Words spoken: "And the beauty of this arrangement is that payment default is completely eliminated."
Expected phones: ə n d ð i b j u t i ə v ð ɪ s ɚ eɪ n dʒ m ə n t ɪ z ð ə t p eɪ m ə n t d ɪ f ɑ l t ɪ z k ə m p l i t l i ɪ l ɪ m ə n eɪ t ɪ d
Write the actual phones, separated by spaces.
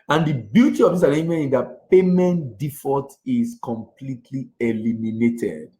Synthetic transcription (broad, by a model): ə n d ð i b j u t i ə v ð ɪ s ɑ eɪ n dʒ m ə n ɪ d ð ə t p eɪ m ə n t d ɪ f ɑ t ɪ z k ə m p l i t l i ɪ l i m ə n eɪ t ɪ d